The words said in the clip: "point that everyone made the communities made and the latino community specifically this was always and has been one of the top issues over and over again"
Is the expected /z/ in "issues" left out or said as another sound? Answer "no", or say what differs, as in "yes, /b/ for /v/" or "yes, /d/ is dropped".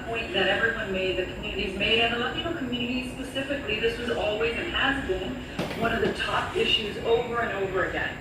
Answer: no